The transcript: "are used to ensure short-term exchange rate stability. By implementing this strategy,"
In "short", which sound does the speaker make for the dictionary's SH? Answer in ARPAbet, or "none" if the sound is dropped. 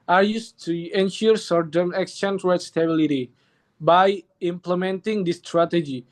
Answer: S